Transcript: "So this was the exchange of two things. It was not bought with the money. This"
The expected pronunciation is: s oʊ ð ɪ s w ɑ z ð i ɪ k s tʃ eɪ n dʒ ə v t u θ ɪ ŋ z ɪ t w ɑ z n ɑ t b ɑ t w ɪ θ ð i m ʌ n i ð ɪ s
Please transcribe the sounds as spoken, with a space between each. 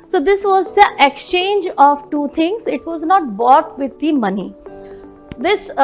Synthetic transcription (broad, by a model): s oʊ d ɪ s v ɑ z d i ɪ k s tʃ eɪ n dʒ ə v t u t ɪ ŋ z ɪ t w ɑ z n ɑ t b ɑ t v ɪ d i m ʌ n i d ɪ s